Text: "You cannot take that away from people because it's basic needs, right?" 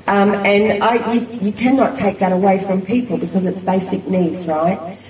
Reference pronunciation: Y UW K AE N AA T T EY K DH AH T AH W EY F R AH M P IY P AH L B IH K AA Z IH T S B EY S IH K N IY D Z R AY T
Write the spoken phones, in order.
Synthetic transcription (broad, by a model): Y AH K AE N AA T T EY K DH AH T AH W EY F R AH M P IY P AH L B IH K AA Z IH T S B EY S IH K N IY D Z R AY T